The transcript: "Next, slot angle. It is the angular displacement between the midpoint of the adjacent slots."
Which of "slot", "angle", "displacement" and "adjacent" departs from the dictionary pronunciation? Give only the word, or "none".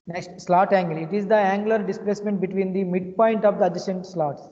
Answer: adjacent